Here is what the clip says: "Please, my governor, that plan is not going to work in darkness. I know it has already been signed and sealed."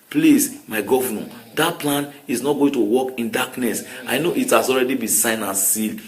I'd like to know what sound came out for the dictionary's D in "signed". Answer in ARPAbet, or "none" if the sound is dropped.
none